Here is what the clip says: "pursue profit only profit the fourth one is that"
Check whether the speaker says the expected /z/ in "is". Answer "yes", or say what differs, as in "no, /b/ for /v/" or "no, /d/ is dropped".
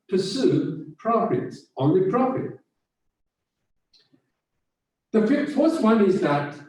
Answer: yes